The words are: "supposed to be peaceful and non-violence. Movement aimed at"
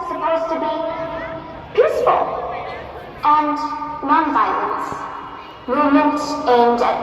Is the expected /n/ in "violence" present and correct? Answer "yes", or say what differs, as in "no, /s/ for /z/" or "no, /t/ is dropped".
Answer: yes